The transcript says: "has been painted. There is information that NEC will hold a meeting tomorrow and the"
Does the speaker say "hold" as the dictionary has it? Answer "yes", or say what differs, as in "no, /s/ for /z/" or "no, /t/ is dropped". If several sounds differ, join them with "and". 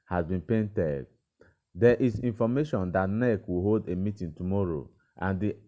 yes